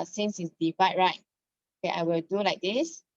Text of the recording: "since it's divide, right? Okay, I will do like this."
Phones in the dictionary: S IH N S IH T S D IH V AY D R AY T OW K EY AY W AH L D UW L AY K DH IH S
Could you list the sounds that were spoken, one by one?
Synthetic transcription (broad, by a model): S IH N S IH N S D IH F AY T R AY T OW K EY AY W AH L D UW L AY K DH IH S